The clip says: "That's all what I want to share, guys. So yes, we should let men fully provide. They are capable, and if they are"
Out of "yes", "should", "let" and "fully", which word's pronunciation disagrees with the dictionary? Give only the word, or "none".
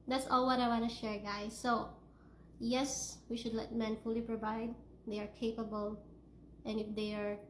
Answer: none